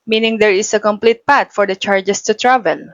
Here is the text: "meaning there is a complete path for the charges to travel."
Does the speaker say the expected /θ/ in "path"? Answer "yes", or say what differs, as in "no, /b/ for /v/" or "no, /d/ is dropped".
no, /t/ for /θ/